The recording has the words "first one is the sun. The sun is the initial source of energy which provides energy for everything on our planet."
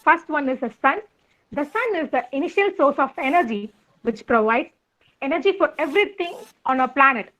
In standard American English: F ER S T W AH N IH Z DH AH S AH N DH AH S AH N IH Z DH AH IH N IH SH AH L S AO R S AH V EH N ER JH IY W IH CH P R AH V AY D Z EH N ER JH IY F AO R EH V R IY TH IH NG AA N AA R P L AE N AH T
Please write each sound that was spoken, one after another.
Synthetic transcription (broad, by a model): F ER S T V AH N IH Z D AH S AH N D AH S AH N IH Z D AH IH N IH SH AH L S AO R S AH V EH N ER JH IY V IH CH P R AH V AY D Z EH N ER JH IY F AO R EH V R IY T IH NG AA N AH P L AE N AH T